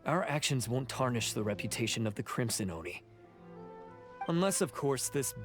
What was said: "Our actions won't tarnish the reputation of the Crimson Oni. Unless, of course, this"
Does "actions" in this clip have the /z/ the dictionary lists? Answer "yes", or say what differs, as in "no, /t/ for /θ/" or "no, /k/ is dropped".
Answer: yes